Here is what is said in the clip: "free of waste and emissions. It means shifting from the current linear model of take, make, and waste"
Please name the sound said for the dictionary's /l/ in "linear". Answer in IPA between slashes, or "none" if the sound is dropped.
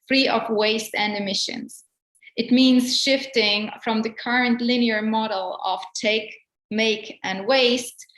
/l/